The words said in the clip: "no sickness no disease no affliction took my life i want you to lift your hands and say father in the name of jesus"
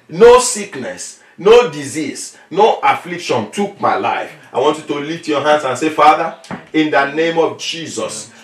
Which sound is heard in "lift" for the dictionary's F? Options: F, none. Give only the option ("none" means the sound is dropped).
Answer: none